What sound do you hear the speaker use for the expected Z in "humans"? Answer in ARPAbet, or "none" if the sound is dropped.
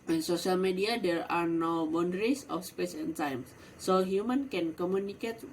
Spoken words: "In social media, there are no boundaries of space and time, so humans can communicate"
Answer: none